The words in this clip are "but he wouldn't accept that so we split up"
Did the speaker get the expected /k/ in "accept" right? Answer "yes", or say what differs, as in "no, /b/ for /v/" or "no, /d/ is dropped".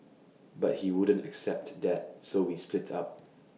yes